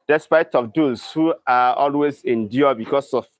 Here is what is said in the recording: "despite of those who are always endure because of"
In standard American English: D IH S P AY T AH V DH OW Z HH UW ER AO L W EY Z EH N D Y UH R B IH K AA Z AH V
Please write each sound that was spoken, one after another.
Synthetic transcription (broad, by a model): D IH S P AY T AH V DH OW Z HH UW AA AO L W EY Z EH N D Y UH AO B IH K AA S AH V